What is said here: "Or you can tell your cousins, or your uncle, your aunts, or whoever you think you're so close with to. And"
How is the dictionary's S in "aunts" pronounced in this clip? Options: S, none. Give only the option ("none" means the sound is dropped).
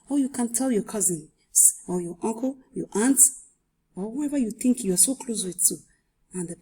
none